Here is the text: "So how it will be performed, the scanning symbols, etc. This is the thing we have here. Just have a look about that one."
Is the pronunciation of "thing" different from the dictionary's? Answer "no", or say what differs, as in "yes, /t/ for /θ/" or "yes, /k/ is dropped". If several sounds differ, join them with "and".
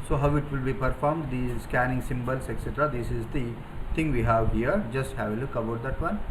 yes, /t/ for /θ/